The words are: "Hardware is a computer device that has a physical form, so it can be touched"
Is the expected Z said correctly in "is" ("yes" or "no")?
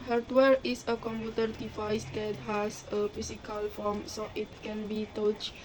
no